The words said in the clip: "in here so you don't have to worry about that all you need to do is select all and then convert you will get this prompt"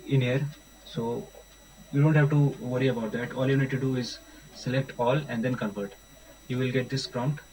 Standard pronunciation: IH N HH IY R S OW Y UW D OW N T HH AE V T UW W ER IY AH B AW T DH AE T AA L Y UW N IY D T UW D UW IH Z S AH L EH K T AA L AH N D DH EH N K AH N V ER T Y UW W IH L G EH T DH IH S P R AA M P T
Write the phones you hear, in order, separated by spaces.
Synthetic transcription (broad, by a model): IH N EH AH R S OW Y UW D OW N T HH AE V T UW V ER IY AH B AW T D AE T AA L Y UW N IY D T UW D UW IH Z S AH L EH K T AA L AH N D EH N K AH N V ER T Y UW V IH L G EH T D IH S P R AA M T